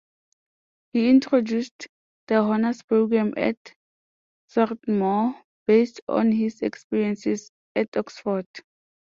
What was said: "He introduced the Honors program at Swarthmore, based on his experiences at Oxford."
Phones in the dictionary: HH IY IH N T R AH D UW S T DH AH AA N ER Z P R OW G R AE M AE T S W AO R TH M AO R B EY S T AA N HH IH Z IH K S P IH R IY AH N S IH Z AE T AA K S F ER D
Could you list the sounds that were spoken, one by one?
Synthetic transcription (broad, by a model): HH IY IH N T R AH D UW S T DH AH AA N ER S P R OW G R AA M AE T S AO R T M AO B EY S T AA N HH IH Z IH K S P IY R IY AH N S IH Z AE T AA K S F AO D